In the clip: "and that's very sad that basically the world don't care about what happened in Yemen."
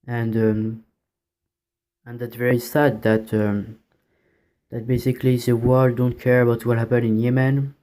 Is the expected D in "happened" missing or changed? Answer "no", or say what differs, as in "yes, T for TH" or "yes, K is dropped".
yes, D is dropped